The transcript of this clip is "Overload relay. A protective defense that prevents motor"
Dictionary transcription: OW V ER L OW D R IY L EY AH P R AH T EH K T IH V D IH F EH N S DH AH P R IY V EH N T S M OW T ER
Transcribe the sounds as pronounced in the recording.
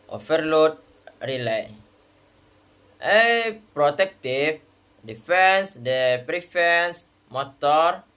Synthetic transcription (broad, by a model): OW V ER L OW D R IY L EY AH P R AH T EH K T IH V D IH F EH N S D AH P R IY F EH N S M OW T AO